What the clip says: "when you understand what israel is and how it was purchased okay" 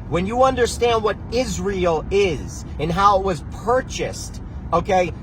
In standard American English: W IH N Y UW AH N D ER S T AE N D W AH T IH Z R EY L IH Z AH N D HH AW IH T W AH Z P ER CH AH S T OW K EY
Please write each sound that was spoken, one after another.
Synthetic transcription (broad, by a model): W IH N Y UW AH N D ER S T AE N D W AH T IH Z R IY L IH Z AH N HH AW IH T W AH Z P ER CH AH S T OW K EY